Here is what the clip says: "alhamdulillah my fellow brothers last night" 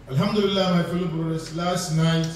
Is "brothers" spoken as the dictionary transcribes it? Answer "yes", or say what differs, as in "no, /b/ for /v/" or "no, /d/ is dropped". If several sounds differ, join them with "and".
no, /s/ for /z/